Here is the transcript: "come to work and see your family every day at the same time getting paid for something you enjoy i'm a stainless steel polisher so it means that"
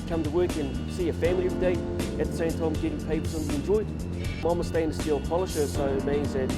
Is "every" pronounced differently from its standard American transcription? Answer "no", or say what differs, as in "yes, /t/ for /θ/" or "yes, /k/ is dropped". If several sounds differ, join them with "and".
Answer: yes, /ɹ/ is dropped